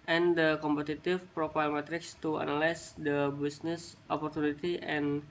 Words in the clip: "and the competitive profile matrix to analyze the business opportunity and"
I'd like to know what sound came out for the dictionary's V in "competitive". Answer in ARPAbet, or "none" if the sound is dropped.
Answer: F